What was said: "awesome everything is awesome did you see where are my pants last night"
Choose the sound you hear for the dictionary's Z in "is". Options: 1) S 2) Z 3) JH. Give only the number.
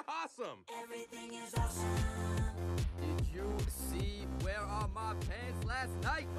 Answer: 2